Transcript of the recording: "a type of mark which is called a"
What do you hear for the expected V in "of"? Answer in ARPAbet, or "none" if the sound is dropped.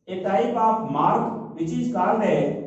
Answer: P